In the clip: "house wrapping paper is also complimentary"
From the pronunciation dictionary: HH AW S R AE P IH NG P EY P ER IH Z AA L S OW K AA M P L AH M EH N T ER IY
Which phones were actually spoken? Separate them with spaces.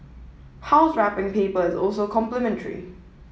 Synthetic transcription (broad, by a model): HH AW S R AE P IH NG P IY P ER IH Z AA L S OW K AA M P L AH M EH N T ER IY